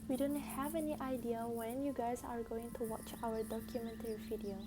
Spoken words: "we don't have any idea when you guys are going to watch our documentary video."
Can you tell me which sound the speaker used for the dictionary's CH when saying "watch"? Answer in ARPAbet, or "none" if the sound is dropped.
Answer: CH